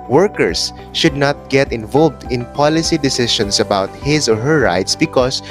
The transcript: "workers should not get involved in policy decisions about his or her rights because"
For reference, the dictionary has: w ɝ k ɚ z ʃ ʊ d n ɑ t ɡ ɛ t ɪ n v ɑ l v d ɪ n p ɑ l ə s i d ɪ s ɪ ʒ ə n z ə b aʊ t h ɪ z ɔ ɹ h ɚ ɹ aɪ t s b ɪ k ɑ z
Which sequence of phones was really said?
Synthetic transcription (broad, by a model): w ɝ k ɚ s ʃ ʊ d n ɑ t ɡ ɛ t ɪ n v ɑ l v d ɪ n p ɑ l ə s i d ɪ s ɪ ʃ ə n s ə b aʊ t h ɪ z ɔ ɹ h ɚ ɹ aɪ t s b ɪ k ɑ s